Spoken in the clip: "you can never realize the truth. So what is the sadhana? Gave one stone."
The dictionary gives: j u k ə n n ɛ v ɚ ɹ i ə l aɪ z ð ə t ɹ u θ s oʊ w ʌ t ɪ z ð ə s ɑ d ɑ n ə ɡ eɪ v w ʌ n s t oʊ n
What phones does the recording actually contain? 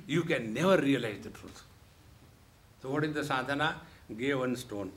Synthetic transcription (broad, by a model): j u k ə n n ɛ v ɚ ɹ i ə l aɪ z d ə t ɹ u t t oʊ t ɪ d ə s ɑ d ɑ n ə ɡ eɪ v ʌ n s t oʊ n